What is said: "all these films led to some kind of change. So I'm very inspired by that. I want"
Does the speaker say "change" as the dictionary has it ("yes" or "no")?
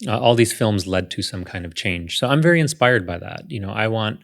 no